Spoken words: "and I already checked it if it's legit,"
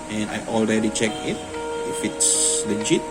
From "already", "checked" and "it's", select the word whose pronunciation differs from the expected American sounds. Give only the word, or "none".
checked